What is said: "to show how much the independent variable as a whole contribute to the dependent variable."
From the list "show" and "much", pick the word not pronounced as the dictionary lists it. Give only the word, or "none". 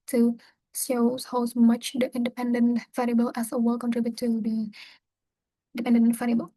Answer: show